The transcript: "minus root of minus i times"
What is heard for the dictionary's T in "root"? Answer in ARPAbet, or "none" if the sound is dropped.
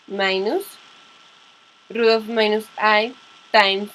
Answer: none